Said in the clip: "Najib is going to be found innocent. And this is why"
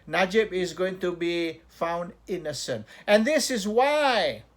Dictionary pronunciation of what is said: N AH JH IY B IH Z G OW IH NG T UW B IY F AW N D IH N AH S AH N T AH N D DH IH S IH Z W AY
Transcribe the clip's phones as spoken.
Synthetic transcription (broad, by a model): N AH JH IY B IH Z G OW IH NG T UW B IY F AW N D IH N AH S AH N T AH N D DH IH S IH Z W AY